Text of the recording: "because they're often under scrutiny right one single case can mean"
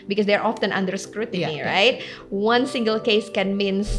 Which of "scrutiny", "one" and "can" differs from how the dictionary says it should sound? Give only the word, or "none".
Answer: none